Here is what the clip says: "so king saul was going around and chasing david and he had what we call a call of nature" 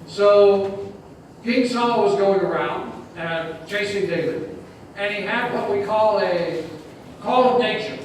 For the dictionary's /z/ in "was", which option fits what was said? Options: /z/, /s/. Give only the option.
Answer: /z/